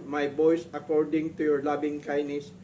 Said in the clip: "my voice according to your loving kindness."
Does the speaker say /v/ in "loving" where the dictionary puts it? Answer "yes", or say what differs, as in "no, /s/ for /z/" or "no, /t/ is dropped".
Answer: no, /b/ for /v/